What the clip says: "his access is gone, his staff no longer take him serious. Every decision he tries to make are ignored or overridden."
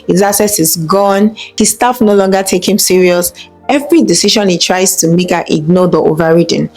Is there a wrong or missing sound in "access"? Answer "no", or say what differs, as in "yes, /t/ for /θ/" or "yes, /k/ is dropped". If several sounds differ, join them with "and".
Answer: yes, /k/ is dropped